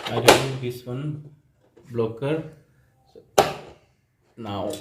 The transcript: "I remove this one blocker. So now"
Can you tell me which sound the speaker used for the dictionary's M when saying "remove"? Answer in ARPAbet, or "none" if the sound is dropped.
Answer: none